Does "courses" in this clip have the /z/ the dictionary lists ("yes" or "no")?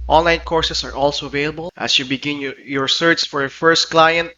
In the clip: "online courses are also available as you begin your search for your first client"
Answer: no